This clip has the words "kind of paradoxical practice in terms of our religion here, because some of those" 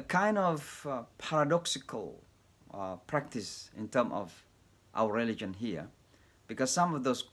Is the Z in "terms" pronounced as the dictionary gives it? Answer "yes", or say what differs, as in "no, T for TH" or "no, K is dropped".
no, Z is dropped